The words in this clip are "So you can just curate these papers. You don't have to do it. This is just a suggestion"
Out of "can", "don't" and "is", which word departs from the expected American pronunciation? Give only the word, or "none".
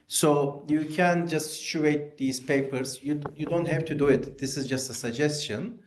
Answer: none